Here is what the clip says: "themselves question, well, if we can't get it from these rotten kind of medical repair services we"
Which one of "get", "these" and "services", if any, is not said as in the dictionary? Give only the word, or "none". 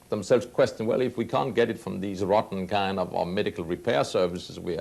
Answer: none